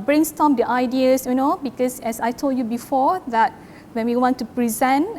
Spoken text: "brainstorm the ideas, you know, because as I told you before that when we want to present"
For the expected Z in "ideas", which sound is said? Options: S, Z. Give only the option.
S